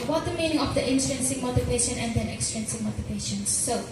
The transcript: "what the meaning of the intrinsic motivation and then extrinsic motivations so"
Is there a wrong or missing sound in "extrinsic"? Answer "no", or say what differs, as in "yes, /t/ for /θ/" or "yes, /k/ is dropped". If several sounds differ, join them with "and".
yes, /ɹ/ is dropped